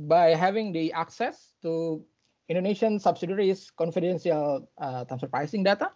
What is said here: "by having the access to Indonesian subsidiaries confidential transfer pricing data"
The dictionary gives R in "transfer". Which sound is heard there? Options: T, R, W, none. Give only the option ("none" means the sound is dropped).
none